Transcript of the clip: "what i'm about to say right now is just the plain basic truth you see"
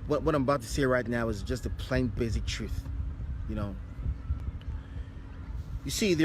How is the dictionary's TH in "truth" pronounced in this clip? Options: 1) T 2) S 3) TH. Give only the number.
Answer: 3